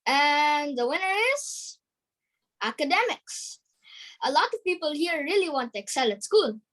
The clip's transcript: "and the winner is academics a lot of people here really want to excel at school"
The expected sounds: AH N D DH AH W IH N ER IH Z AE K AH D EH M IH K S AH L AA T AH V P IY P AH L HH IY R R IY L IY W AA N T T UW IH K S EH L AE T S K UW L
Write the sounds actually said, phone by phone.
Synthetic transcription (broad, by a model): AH N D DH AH W IH N ER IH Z AE K AH D EH M IH K S AH L AA T AH V P IY P AH L HH IY R R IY L IY W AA N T T UW IH K S EH L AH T S K UW L